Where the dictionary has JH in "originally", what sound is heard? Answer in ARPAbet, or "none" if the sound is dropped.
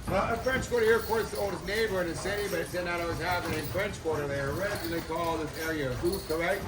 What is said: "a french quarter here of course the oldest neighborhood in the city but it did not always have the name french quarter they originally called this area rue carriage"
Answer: none